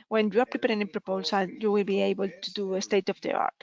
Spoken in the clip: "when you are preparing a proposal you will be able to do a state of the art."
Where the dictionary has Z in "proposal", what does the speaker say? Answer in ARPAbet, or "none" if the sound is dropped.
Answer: S